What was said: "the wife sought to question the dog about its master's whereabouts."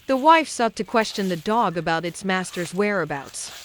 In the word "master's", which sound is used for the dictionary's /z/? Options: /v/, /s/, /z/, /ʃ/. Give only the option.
/z/